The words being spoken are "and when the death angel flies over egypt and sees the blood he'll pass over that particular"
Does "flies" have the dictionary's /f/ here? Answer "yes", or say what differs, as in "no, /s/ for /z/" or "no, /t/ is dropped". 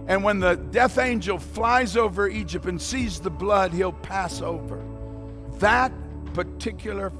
yes